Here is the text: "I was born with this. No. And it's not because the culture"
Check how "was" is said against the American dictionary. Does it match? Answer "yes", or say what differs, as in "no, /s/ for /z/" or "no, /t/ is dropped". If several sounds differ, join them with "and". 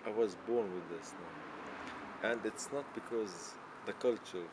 yes